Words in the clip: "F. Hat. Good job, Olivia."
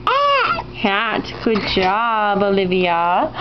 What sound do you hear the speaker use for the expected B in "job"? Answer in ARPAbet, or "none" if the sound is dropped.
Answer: B